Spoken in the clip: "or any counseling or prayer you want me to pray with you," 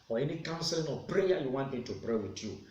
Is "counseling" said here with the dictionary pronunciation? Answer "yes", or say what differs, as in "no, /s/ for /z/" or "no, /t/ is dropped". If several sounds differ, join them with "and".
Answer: yes